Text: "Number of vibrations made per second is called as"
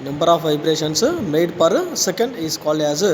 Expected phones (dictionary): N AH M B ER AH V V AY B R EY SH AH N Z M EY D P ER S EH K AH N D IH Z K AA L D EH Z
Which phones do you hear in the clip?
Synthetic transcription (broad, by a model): N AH M B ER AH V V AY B R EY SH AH N S M EY D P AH S EH K AH N D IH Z K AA L EH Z